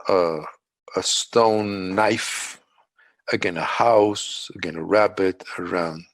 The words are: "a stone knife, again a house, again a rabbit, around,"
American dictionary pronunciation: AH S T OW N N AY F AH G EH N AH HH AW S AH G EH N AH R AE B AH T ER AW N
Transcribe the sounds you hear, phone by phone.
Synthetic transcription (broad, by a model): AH S T OW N N AY F AH G EH N AH HH AW S AH G EH N AH R AE B AH T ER AW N